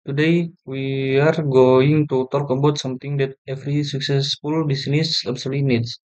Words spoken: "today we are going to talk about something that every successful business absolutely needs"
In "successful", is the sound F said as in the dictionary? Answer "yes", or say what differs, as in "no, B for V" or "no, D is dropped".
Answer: yes